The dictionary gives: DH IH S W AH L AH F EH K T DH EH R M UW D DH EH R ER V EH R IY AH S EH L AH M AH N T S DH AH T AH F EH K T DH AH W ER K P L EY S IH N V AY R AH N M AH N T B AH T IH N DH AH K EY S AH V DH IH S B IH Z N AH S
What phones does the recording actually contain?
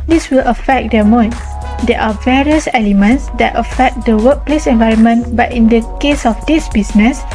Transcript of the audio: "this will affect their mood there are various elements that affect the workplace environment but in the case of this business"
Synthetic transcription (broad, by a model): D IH S W AH L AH F EH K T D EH M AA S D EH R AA V EH R IY AH S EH L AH M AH N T S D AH T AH F EH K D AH W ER K P L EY S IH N V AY R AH N M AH N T B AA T IH N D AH K EY S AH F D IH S B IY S N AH S